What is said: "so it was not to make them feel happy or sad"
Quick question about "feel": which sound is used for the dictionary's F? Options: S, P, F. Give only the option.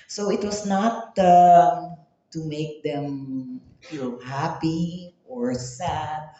P